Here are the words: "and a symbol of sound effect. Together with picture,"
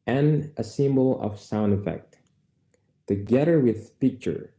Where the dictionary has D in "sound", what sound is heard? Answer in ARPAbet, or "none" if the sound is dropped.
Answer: D